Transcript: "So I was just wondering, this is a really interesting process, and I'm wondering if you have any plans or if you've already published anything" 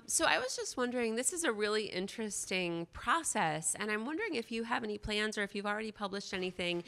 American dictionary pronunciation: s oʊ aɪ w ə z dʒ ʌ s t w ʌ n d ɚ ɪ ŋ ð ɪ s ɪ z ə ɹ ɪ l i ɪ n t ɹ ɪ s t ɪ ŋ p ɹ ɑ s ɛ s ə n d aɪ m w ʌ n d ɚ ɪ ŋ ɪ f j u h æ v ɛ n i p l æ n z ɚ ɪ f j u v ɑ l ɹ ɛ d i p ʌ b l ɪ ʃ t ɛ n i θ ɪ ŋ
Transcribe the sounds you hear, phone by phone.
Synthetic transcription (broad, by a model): s oʊ aɪ w ə z dʒ ʌ s t w ʌ n d ɚ ɪ ŋ ð ɪ s ɪ z ə ɹ ɪ l i ɪ n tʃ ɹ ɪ s t ɪ ŋ p ɹ ɑ s ɛ s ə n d aɪ m w ʌ n d ɚ ɪ ŋ ɪ f j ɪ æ v ɛ n i p l æ n z ɚ ɪ f j u v l ɹ ɛ d i p ʌ b l ɪ ʃ t ɛ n i θ ɪ ŋ